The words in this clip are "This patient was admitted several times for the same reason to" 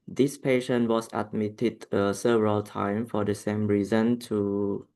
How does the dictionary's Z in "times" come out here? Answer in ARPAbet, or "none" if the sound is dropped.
none